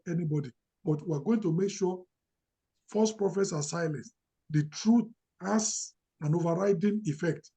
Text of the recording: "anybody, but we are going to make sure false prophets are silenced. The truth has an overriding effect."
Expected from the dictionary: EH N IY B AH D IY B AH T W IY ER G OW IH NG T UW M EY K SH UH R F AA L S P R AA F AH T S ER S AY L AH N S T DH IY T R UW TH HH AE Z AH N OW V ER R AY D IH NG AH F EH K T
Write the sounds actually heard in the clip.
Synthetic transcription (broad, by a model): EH N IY B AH D IY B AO T W IY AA G OW IH NG T UW M EY K SH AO F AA S P R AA F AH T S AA S AY L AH N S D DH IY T R UW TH HH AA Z AH N OW V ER R AY D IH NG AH F EH K T